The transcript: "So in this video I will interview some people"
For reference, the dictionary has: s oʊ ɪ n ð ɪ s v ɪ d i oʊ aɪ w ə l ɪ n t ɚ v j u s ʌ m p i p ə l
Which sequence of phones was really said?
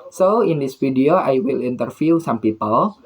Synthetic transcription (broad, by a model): s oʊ ɪ n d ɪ s f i d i oʊ aɪ w ə l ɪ n t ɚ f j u s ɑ m p i p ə l